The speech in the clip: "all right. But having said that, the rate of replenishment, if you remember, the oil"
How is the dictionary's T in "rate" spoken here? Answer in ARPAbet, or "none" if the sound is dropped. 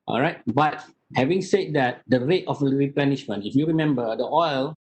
T